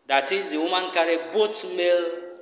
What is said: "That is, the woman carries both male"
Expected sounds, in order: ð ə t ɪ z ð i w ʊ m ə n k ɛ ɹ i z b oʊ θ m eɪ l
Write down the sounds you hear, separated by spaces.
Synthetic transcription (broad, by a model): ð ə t ɪ z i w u m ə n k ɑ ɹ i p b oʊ t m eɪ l